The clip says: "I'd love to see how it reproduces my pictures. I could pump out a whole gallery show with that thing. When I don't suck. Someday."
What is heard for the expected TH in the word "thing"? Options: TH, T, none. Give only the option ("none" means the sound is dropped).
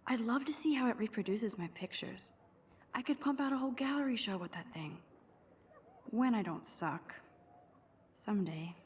TH